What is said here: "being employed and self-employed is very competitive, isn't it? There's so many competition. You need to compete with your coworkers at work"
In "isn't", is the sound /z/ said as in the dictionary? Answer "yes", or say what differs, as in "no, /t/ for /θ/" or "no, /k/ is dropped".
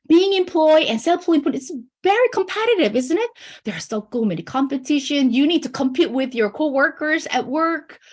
yes